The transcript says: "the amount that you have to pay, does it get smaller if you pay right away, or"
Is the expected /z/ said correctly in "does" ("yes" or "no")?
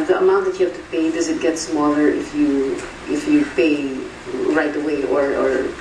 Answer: yes